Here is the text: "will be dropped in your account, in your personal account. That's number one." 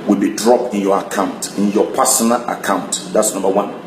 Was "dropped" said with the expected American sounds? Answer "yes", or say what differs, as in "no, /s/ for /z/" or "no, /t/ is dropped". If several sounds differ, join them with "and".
yes